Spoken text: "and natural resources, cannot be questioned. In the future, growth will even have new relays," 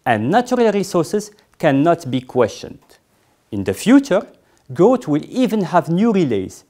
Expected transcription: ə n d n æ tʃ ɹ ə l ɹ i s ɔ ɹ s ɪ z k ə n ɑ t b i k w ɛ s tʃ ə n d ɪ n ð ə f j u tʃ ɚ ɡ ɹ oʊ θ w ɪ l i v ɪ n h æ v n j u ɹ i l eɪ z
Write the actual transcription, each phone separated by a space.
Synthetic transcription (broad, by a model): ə n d n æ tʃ ɹ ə l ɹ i s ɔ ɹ s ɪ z k ə n ɑ t b i k w ɛ s tʃ ə n d ɪ n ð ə f j u tʃ ɚ ɡ oʊ t w ɪ l i v ɪ n h æ v n j u ɹ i l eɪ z